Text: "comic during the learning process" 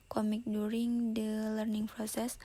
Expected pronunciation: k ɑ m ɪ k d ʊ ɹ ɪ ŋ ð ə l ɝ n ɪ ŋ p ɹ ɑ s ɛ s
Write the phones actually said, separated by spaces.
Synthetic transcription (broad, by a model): k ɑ m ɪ k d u ɹ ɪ ŋ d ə l ɝ n ɪ ŋ p ɹ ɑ s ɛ s